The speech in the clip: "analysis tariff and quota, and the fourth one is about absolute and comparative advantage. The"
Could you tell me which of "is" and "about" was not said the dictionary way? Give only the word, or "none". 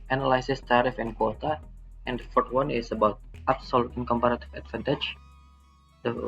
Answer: is